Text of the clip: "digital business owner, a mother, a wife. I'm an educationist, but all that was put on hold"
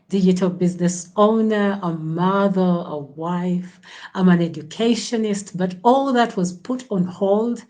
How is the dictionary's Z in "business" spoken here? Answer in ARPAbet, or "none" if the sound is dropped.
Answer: Z